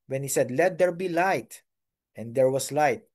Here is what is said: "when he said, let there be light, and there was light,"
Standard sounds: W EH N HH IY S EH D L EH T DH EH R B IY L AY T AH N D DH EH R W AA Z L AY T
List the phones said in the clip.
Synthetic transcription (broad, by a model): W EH N HH IY S EH D L EH T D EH R B IY L AY T AH N D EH R W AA S L AY T